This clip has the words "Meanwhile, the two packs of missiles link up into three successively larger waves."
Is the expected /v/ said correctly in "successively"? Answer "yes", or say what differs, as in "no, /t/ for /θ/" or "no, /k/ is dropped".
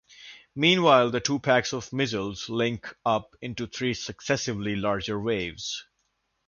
yes